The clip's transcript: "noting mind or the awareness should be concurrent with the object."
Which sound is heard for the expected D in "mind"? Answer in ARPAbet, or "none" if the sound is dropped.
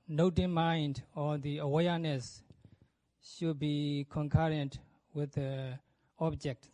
D